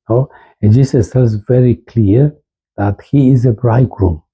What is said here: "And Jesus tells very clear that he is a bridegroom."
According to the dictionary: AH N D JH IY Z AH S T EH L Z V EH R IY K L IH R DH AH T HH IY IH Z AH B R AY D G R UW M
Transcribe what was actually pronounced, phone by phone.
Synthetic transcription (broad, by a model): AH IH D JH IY S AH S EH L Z V EH R IY K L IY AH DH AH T HH IY IH Z AH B R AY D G R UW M